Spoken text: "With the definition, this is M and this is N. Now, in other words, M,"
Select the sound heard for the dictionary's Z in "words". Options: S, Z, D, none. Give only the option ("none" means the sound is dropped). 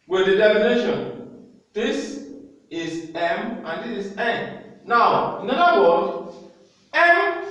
none